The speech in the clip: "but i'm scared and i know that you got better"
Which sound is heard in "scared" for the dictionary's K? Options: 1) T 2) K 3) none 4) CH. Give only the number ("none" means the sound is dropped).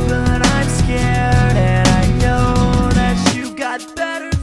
2